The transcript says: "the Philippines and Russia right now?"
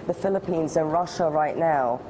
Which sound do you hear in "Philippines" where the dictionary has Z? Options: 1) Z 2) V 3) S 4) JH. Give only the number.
1